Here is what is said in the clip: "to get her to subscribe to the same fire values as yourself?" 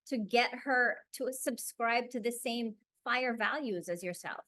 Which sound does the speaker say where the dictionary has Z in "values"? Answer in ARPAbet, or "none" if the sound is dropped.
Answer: Z